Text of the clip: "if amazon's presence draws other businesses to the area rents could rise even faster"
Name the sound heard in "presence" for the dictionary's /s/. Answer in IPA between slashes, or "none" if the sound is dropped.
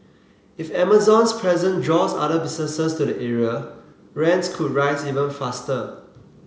none